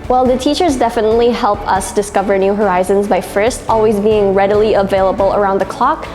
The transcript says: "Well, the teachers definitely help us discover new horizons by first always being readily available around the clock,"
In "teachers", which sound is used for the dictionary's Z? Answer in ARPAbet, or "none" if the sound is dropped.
Z